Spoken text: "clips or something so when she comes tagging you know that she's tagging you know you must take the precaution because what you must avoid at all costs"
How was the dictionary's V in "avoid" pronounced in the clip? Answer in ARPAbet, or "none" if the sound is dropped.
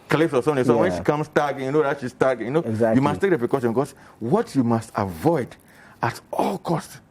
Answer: V